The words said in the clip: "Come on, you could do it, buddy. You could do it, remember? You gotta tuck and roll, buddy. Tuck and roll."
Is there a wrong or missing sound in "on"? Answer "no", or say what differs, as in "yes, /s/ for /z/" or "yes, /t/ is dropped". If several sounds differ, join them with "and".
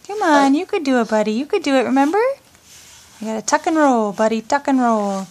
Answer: no